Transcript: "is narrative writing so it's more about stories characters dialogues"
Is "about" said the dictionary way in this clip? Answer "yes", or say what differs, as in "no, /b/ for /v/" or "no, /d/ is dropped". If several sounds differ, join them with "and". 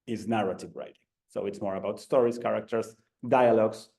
yes